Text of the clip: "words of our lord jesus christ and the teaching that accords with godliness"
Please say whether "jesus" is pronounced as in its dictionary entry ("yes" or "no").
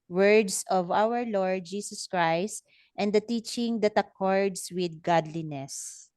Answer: no